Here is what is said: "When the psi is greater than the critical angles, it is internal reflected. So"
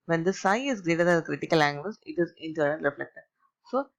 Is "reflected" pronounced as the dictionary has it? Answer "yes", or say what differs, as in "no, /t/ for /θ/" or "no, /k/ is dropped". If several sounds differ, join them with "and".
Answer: yes